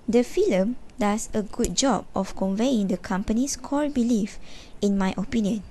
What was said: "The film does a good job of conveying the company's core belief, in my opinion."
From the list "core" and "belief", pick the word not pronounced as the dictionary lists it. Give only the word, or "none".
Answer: core